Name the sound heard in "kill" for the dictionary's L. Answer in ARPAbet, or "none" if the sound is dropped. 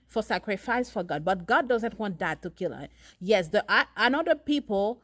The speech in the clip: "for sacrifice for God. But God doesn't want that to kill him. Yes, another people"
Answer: L